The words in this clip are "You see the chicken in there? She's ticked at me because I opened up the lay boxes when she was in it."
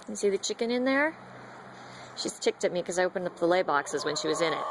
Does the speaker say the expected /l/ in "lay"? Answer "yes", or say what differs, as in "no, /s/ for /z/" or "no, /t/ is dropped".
yes